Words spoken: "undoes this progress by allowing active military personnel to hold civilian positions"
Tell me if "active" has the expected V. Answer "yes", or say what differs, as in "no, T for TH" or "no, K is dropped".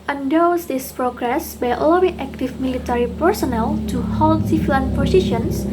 no, F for V